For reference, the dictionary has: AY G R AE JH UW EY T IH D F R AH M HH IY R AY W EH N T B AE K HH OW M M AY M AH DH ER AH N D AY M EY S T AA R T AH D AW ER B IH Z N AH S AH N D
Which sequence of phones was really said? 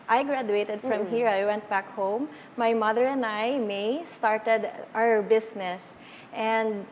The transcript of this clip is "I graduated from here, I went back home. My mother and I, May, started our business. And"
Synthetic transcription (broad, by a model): AY G R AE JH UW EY T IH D F R AH M HH IY R AY W EH N T B AE K HH OW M M AY M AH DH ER AH N D AY M EY S T AA R T AH D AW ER B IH S N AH S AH N D